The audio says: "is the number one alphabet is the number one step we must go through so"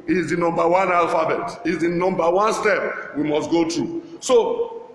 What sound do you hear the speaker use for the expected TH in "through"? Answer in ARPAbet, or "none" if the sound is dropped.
T